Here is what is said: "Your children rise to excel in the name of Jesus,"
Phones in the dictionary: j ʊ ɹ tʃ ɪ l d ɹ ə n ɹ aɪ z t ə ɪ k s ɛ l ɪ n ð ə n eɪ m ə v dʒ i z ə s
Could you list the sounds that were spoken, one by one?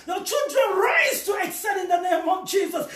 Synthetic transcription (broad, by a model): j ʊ tʃ ɪ l d ɹ ə n ɹ aɪ z t ə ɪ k s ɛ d ɪ n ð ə n eɪ m ə v dʒ i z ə s